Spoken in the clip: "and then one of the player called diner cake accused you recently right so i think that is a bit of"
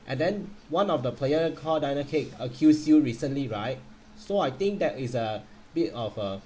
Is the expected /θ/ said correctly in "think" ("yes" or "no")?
no